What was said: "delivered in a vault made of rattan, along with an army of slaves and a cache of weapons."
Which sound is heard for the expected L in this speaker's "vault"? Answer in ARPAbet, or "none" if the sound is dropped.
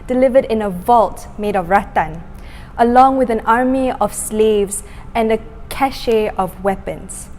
L